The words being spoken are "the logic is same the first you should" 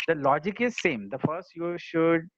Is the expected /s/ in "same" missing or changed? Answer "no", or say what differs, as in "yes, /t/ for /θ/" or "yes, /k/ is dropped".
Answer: no